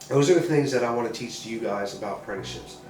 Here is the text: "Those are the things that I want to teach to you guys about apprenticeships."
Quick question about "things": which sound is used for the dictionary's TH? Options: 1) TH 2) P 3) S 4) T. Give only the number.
1